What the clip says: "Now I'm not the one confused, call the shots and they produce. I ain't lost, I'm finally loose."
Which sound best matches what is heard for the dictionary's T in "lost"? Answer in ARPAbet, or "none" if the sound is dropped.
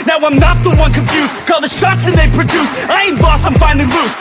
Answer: none